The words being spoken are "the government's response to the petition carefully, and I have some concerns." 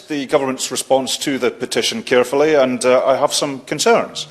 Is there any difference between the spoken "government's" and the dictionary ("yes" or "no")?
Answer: no